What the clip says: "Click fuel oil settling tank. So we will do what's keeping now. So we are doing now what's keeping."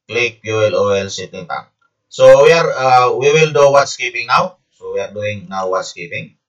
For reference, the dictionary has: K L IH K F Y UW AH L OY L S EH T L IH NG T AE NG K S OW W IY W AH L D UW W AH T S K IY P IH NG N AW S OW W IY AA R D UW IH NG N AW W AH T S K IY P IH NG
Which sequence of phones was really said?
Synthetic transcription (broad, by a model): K L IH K P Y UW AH L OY L S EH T IH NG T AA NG S OW W IY W AH L D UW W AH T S K IY P IH NG N AW S OW W IY AA R D UW IH NG N AW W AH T S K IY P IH NG